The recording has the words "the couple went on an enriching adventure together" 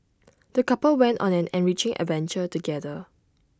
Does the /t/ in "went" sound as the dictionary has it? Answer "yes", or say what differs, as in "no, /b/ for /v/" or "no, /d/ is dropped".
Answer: yes